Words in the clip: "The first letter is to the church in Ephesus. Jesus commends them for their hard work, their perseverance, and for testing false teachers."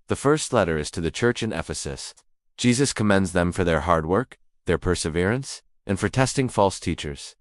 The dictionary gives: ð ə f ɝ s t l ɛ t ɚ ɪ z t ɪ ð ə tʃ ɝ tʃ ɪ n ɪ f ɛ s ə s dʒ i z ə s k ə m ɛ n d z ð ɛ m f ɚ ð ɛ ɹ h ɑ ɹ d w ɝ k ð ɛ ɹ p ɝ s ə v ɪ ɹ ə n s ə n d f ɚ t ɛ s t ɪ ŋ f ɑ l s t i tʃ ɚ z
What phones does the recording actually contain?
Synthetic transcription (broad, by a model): ð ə f ɝ s t l ɛ t ɚ ɪ z t ɪ ð ə tʃ ɝ tʃ ɪ n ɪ f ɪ s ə s dʒ i z ə s k ə m ɛ n d z ð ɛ m f ɚ ð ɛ ɹ h ɑ ɹ d w ɝ k ð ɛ ɹ p ɝ s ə v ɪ ɹ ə n s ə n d f ɚ t ɛ s t ɪ ŋ f ɑ l s t i tʃ ɚ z